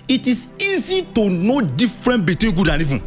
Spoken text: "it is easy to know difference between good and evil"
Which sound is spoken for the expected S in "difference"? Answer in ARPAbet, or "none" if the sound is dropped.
none